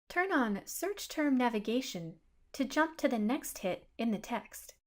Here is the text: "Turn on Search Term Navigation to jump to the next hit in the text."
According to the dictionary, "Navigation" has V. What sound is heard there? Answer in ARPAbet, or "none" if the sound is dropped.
V